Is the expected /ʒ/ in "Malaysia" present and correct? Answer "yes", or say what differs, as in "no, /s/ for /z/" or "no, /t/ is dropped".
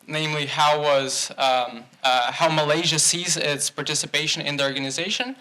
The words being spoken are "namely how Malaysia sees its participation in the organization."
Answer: yes